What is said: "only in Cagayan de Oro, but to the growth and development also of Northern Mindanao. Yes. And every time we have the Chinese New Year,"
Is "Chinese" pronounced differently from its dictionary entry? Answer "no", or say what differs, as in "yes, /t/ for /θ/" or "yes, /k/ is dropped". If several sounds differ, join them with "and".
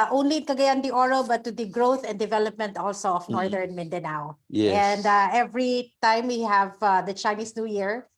yes, /s/ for /z/